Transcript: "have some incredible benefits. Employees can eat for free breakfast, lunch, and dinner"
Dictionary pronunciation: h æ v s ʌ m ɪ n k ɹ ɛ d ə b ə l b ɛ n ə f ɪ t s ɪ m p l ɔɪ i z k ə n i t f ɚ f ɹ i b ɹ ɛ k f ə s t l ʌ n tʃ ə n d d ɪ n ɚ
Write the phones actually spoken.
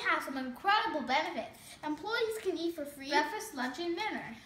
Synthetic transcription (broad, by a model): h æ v s ʌ m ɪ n k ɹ ɛ d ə b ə l b ɛ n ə f ɪ t ɪ m p l ɔɪ i z k ə n i t f ɚ f ɹ i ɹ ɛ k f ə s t l ʌ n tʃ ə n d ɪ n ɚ